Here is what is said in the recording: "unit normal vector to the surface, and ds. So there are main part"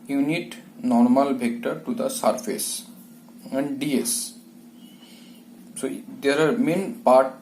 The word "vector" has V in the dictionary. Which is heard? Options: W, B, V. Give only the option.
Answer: B